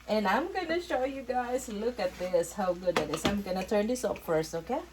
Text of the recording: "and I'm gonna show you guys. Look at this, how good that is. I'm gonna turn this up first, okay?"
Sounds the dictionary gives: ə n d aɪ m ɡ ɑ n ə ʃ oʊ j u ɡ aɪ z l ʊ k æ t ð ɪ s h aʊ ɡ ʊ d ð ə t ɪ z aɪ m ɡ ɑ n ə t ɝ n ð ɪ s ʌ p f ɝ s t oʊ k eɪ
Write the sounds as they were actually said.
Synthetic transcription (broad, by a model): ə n aɪ m ɡ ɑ n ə ʃ oʊ j u ɡ aɪ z l ʊ k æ t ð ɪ s h aʊ ɡ ʊ d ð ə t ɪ s aɪ m ɡ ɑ n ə t ɝ n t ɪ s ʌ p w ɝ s oʊ k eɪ